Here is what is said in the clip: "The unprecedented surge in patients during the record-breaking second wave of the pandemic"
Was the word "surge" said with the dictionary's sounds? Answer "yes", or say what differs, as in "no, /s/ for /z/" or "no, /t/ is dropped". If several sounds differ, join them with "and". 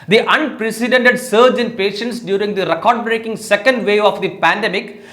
yes